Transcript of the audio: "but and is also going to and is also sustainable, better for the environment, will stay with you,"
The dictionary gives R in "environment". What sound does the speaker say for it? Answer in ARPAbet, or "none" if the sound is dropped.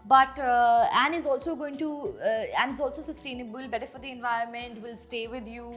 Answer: R